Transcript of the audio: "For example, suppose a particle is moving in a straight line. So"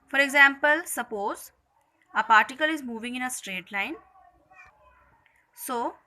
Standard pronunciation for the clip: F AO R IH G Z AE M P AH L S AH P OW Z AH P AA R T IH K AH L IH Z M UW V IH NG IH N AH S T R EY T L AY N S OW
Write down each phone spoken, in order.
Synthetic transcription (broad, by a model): F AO R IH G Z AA M P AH L S AH P OW Z AH P AA R T IH K AH L IH Z M UW V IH NG IH N AH S T R EY T L AY N S OW